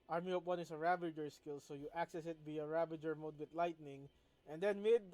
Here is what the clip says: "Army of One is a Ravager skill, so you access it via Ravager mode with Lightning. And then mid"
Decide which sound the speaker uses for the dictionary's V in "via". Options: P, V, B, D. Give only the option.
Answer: B